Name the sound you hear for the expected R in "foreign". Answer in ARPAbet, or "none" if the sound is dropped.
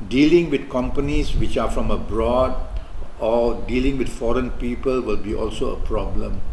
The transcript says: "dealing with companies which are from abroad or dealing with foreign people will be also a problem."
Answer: R